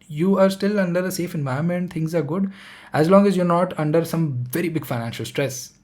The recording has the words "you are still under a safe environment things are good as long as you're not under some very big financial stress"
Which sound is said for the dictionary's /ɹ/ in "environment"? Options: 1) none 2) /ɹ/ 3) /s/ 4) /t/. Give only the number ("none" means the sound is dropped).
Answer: 1